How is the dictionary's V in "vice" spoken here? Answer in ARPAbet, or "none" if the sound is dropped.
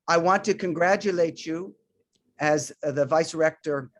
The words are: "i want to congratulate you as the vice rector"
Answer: V